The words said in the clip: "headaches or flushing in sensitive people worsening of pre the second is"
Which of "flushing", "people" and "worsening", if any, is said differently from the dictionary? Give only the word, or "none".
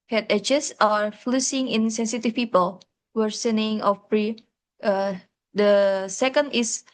flushing